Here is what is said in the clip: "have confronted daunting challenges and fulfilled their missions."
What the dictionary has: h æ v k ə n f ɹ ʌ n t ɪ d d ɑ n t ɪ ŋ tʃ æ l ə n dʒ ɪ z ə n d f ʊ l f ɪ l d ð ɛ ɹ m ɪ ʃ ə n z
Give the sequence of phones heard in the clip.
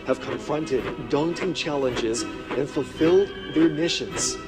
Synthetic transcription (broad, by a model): h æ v k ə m f ɹ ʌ n t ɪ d d ɑ n t ɪ ŋ tʃ æ l ə n dʒ ɪ z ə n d f ʊ l f ɪ l d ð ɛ ɹ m ɪ ʃ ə n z